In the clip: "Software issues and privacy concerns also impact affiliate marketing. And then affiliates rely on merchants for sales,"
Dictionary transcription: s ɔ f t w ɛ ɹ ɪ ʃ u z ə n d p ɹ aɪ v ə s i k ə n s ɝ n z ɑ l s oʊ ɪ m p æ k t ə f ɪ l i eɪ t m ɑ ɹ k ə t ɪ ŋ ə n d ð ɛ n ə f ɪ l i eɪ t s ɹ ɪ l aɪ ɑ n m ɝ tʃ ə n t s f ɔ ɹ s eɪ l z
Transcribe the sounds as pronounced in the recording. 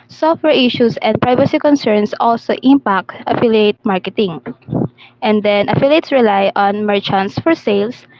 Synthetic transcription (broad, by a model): s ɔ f t w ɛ ɹ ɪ ʃ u s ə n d p ɹ aɪ v ə s i k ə n s ɝ n s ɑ l s oʊ ɪ m p æ k t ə f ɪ l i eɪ t m ɑ ɹ k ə t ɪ ŋ ə n d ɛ n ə f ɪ l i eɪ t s ɹ ɪ l aɪ ɑ n m ɝ tʃ ə n t s f ɔ ɹ s eɪ l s